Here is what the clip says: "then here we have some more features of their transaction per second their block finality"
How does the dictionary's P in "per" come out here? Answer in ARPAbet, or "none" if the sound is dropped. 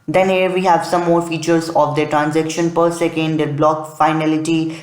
P